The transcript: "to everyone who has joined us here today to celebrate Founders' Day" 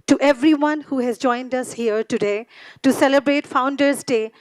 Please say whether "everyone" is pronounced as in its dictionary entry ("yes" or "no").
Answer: yes